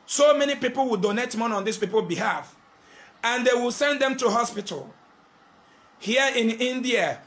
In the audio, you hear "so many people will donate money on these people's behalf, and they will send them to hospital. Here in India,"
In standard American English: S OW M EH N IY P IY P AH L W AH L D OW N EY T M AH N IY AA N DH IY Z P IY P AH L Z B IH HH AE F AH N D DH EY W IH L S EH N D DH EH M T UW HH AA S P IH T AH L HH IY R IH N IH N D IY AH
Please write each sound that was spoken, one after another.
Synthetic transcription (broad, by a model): S OW M EH N IY P IY P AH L W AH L D OW N EY T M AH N AA N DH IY S P IY P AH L B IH HH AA F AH N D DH EY W IH L S EH N D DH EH M T UW HH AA S P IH T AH L HH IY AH IH N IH N D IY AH